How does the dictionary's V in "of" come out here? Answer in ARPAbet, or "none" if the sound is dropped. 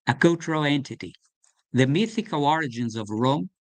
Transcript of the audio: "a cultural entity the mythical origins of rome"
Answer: V